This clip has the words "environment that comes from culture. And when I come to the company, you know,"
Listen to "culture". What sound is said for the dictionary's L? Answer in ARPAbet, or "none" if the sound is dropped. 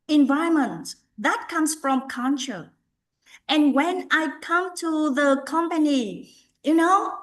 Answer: N